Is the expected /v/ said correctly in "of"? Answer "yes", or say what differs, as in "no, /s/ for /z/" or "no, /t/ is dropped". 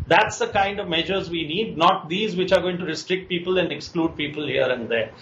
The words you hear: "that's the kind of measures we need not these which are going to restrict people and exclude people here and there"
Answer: yes